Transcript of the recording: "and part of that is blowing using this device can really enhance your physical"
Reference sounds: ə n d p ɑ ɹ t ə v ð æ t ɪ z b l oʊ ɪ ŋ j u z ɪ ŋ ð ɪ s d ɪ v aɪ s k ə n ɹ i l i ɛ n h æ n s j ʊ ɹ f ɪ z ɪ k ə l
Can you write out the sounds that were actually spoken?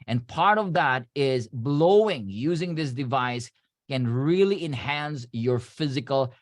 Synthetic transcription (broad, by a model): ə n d p ɑ ɹ t ə v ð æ t ɪ z b l oʊ ɪ ŋ j u z ɪ ŋ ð ɪ s d ɪ v aɪ s k ə n ɹ i l i ɛ n h æ n s j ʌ ɹ f ɪ z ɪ k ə l